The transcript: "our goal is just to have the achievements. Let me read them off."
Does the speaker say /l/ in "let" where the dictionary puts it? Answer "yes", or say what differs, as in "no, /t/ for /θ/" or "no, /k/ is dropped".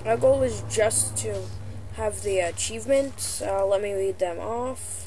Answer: yes